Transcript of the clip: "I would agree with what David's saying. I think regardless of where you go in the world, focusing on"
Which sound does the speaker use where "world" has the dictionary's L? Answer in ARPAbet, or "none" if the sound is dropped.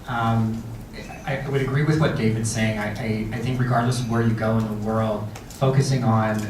L